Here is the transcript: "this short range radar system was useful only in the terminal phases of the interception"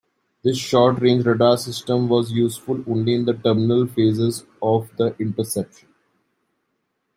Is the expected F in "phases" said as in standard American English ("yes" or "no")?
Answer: yes